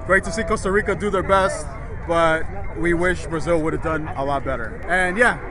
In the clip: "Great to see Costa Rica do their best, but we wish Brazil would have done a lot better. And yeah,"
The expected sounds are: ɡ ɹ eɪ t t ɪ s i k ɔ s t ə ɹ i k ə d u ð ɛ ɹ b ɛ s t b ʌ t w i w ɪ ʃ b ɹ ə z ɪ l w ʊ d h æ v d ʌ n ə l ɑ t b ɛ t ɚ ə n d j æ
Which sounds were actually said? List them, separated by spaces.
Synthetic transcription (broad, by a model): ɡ ɹ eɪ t t ɪ s i k ɔ s t ə ɹ i k ə d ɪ ð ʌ ɹ b ɛ s t b ʌ t w i w ɪ ʃ b ɹ ə z ɪ l w ʊ d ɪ v d ʌ n ə l ɑ t b ɛ t ɚ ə n j æ